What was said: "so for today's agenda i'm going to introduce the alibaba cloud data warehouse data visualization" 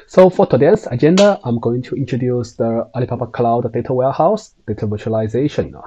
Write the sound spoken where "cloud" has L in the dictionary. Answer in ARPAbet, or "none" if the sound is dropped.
L